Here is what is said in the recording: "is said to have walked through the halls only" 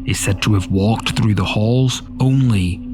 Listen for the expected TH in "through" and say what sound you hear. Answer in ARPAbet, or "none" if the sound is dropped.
TH